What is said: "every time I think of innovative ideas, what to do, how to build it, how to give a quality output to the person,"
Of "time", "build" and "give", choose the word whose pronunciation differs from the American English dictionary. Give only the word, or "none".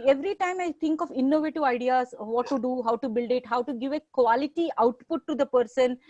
none